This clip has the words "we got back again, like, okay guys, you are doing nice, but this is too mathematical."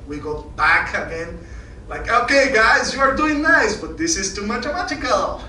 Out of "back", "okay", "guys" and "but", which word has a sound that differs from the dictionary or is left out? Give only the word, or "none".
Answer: none